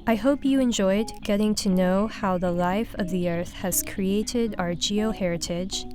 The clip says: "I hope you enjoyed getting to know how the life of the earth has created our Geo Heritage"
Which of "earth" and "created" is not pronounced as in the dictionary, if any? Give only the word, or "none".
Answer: none